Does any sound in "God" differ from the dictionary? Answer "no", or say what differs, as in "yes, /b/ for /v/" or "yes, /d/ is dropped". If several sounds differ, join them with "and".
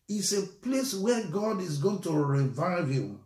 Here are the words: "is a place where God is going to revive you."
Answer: no